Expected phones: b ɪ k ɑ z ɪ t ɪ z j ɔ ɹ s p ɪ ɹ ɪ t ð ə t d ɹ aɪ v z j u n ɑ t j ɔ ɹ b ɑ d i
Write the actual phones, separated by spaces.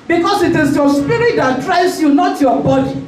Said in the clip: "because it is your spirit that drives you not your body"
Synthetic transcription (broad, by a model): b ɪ k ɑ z ɪ t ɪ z j ɔ s p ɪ ɹ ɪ t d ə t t ɹ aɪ z j u n ɑ t j ɔ b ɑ d i